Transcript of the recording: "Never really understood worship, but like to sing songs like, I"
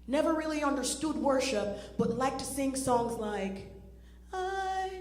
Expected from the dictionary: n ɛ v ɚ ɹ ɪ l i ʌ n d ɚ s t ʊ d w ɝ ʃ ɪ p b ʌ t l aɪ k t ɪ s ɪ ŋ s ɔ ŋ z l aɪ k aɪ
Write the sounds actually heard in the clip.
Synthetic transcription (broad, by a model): n ɛ v ɚ ɹ ɪ l i ʌ n d ɚ s t ʊ d w ɝ ʃ ɪ p b ʌ t l aɪ k t ɪ s ɪ ŋ s ɔ ŋ z l aɪ k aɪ